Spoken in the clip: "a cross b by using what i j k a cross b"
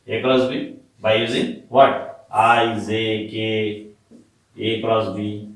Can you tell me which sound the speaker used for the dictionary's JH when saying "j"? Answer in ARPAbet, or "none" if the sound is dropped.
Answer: Z